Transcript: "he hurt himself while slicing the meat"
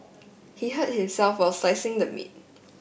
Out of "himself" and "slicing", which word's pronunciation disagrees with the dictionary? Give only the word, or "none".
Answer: slicing